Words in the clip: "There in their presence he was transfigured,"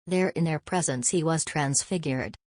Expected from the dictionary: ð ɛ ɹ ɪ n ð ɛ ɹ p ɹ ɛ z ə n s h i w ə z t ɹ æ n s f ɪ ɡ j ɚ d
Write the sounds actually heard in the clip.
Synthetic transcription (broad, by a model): ð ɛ ɹ ɪ n ð ɛ ɹ p ɹ ɛ z ə n s h i w ə z t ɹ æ n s f ɪ ɡ j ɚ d